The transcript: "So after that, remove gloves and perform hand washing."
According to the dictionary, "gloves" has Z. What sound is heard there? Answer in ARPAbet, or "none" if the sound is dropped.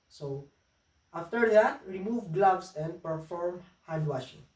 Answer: S